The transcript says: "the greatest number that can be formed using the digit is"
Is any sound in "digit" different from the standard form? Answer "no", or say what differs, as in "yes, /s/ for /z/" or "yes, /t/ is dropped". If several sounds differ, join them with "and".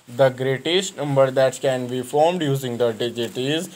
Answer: no